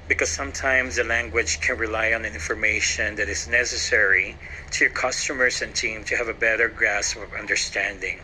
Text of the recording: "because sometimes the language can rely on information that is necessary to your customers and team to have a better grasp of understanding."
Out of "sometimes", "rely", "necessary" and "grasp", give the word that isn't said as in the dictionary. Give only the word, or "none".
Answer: grasp